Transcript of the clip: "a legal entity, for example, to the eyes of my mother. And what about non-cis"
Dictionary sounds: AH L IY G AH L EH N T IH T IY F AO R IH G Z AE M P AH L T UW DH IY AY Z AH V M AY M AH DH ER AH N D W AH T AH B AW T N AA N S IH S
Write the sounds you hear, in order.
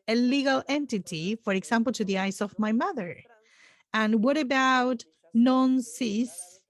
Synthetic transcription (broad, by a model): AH L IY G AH L EH N T IH T IY F AO R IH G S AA M P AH L T UW DH IY AY S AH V M AY M AH DH ER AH N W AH T AH B AW T N AA N S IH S